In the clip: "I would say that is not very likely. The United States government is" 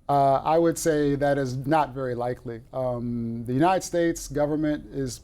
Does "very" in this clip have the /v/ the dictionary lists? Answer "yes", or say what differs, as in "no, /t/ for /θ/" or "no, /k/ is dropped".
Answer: yes